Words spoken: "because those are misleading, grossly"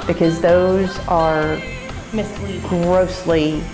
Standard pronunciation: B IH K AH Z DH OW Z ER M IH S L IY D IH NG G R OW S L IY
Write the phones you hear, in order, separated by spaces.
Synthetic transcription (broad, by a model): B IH K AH Z DH OW Z ER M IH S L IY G R OW S L IY